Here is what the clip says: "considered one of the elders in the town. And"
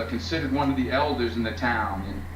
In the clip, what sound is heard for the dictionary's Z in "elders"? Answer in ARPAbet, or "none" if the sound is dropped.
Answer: Z